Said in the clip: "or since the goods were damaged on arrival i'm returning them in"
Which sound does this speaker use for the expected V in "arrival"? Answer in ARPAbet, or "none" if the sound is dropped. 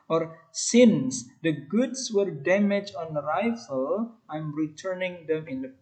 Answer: F